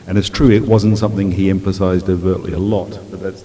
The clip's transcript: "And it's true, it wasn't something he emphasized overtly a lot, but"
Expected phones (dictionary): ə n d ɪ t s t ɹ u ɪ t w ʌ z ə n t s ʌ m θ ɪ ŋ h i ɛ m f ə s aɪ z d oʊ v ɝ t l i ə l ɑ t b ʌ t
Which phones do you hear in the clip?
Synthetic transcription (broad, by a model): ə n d ɪ t s t ɹ u ɪ t w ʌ z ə n t s ʌ m θ ɪ ŋ i ɛ m f ə s aɪ z d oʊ v ɝ t l i ə l ɑ t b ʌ t